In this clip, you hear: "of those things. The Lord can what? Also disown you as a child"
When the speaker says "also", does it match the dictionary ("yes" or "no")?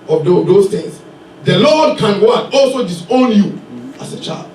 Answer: yes